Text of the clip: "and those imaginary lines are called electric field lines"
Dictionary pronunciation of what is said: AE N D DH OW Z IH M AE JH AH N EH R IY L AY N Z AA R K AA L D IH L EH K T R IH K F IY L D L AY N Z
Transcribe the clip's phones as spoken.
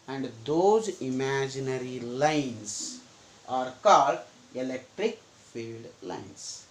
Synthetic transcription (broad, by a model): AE N D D OW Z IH M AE JH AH N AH R IY L AY N S AA R K AA L D IH L EH K T R IH K F IY L D L AY N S